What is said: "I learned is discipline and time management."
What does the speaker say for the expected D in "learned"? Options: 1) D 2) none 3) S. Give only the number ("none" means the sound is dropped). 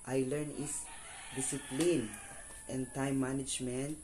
2